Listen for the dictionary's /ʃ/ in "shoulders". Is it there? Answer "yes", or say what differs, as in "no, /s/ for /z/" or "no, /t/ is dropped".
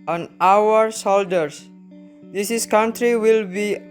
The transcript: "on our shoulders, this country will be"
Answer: no, /s/ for /ʃ/